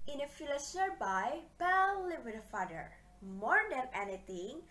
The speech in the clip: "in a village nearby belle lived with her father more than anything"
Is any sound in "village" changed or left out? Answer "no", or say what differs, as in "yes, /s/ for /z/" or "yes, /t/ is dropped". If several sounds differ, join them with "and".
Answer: yes, /f/ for /v/